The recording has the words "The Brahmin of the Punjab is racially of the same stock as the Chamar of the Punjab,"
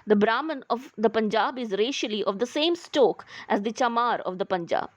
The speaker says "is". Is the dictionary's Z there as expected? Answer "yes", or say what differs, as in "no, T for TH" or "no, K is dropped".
yes